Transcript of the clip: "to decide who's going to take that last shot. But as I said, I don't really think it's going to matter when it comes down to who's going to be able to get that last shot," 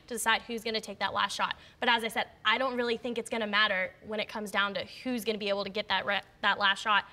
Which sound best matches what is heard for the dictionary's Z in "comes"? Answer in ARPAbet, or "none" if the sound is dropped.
Z